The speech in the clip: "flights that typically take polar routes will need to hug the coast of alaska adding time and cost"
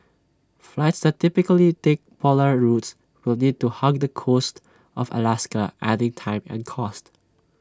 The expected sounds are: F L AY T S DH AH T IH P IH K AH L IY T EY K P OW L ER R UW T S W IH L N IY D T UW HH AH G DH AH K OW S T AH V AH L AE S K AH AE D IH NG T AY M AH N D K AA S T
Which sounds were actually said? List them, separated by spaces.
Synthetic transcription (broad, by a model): F L AY T S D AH T IH P IH K AH L IY T EY K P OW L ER R UW T S W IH L N IY D T UW HH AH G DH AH K OW S T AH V AH L AE S K AH AE D IH NG T AY M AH N K AA S T